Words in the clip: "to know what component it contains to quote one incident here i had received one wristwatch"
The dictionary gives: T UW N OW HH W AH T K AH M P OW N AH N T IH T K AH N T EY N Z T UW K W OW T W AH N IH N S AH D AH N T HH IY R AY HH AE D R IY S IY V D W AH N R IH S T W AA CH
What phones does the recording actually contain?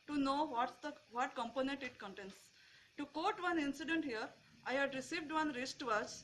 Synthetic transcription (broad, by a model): T UW N OW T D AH T K AH M P OW N AH N T IH T K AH N T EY N S T UW K OW T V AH N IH N S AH D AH N T HH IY R AY HH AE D R IY S IY V D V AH N R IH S T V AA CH